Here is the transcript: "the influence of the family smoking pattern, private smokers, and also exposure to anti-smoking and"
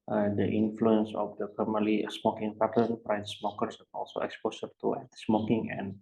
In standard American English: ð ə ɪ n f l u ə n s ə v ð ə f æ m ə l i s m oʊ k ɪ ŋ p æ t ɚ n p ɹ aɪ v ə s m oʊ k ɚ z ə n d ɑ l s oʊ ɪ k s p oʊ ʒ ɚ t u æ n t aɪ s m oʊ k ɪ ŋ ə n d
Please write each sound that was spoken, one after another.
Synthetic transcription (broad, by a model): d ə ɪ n f l u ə n s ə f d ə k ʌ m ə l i s m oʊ k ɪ ŋ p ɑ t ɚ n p ɹ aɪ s s m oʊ k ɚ s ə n ɑ l s oʊ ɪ k s p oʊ s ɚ t u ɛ t s m oʊ k ɪ ŋ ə n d